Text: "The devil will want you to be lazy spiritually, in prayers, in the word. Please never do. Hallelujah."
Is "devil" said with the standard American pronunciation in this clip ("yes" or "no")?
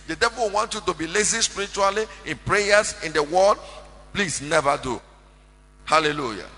yes